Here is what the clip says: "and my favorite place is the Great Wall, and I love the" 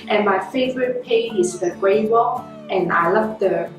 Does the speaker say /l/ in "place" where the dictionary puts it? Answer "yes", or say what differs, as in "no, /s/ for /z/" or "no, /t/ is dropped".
no, /l/ is dropped